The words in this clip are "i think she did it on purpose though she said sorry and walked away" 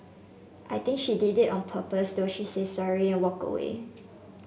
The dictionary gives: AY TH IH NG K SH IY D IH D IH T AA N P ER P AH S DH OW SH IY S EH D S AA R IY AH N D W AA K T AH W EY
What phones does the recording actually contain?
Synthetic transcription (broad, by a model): AY T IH NG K SH IY D IH D IH T AA N P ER P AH S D OW SH IY S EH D S AA R IY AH N W AA K AH W EY